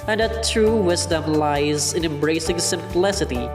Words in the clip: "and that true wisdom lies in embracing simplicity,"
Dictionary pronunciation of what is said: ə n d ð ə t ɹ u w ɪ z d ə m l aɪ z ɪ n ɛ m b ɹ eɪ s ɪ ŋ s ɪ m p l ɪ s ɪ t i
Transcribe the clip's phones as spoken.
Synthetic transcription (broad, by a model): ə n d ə t ɹ u w ɪ z d ə m l aɪ z ɪ n ɛ m b ɹ eɪ s ɪ ŋ s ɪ m p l ɪ s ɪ t i